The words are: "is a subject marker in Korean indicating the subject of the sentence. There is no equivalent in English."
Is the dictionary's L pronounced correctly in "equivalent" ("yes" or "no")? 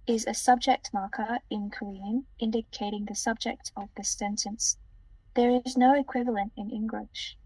yes